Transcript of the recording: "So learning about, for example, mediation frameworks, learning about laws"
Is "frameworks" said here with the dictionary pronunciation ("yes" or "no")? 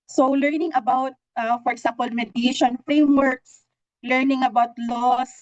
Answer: yes